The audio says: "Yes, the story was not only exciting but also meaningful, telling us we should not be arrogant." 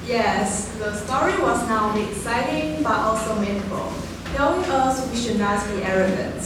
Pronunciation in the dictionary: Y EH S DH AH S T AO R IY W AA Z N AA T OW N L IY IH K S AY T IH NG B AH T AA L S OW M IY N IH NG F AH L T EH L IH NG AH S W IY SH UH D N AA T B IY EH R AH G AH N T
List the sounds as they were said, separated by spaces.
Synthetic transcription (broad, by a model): Y EH S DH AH S T AO R IY W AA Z N AA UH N IY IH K S AY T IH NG B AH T AA L S OW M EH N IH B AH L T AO IH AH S W IY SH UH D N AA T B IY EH R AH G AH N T